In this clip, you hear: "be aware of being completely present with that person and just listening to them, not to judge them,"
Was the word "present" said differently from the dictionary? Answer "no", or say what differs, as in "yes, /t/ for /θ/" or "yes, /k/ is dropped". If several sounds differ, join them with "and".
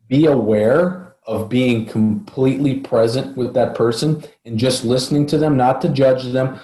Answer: no